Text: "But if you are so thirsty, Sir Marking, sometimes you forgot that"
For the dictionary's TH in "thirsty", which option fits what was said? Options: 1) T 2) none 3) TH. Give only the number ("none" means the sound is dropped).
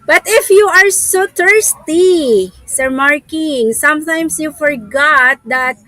1